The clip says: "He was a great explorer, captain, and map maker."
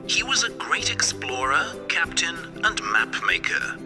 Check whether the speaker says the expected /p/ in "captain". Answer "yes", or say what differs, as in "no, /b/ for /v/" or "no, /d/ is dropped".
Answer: yes